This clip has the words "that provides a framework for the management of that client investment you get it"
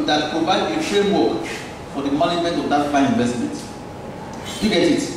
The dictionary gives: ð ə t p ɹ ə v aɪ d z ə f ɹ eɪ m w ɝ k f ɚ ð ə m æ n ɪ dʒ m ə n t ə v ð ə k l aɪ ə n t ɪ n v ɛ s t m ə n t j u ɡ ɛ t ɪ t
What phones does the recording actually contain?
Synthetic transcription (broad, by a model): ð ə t p ɹ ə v aɪ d ə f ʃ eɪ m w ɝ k f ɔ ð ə m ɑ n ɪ dʒ m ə n t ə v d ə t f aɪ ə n ɪ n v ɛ s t m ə n t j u ɡ ɛ t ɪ t